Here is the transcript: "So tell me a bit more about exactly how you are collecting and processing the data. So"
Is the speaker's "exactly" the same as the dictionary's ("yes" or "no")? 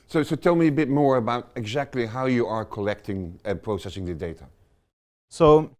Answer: yes